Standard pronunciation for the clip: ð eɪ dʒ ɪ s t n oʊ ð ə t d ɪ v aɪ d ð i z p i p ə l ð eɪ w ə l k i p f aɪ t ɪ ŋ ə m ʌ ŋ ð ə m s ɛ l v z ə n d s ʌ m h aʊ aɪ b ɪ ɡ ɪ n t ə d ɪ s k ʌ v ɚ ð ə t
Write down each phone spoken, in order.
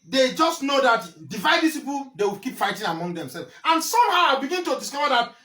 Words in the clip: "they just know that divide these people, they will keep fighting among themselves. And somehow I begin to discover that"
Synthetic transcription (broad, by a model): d eɪ dʒ ɪ s t n oʊ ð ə t d ɪ v aɪ d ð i s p i p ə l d eɪ w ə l k i p f aɪ t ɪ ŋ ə m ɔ ŋ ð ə m s ɛ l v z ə n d s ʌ m h aʊ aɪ b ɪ ɡ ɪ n t ə d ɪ s k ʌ v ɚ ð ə t